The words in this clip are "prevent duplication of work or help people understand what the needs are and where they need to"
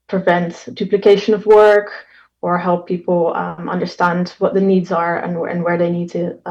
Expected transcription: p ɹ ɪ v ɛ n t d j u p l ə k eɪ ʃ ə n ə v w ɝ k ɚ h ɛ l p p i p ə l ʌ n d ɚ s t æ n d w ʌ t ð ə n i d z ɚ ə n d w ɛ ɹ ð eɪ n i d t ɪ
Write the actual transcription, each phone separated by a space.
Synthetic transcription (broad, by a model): p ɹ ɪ v ɛ n t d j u p l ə k eɪ ʃ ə n ə v w ɝ k ɚ h ɛ l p p i p l ʌ n d ɚ s t æ n d w ʌ t ð ə n i d z ɚ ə n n w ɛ ɹ ð eɪ n i d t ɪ